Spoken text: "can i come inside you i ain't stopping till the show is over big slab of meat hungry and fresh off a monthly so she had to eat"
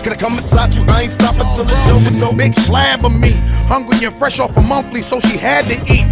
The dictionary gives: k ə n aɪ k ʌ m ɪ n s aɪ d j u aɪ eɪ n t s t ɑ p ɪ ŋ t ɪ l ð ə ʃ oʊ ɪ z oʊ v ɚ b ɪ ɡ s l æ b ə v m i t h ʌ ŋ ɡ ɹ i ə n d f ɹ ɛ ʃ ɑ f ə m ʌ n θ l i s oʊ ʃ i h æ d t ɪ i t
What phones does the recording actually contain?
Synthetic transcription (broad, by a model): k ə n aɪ k ʌ m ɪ s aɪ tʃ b aɪ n s t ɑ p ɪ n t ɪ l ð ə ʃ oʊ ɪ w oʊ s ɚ b ɪ ɡ s l æ b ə m i t h ʌ ŋ ɡ ɹ i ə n f ɹ ɛ ʃ ɑ f ə m ʌ n θ l i s oʊ ʃ i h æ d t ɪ i t